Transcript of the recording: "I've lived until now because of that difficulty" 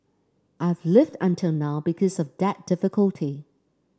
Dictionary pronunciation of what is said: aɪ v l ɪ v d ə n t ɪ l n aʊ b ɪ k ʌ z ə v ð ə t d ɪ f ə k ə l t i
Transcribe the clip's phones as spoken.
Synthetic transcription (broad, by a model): aɪ v l ɪ v d ə n t ɪ l n aʊ b ɪ k ʌ z ə v ð ə t d ɪ f ə k ə l t i